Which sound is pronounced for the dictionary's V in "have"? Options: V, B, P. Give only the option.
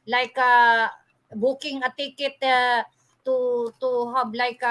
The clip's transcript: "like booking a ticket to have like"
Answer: B